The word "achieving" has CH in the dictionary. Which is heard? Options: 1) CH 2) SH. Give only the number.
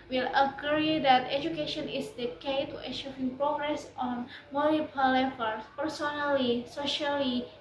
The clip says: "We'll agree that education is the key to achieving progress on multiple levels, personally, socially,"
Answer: 2